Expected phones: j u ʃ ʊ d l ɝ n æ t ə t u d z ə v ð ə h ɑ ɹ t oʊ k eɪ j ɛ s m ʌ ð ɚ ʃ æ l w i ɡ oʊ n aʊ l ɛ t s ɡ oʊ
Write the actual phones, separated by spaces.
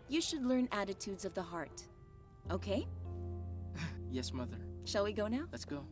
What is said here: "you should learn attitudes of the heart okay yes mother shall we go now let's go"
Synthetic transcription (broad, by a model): j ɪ ʃ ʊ d l ɝ n æ t ə t u d z ə v ð ə h ɑ ɹ t oʊ k eɪ j ɛ s m ʌ ð ɚ ʃ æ l w i ɡ oʊ n aʊ l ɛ t s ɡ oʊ